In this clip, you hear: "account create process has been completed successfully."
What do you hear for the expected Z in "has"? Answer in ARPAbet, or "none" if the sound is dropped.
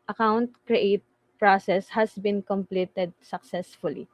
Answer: S